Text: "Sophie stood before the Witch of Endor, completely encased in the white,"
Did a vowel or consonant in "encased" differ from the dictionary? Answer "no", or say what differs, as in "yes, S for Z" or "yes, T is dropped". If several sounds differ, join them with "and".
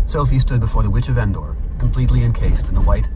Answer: no